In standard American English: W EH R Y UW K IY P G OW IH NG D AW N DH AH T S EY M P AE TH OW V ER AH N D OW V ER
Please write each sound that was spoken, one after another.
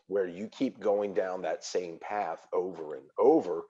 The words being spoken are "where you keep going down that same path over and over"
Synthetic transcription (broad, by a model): W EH R Y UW K IY P G OW IH NG D AW N DH AH T S EY M P AE TH OW V ER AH N OW V ER